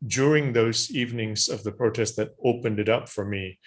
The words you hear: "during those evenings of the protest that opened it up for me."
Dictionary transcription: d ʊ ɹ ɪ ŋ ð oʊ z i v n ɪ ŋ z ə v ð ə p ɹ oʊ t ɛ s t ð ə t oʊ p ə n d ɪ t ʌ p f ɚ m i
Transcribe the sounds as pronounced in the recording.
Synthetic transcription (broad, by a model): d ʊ ɹ ɪ ŋ ð oʊ z i v n ɪ ŋ z ə v ð ə p ɹ oʊ t ɛ s t ð ə t oʊ p ə n d ɪ t ʌ p f ɚ m i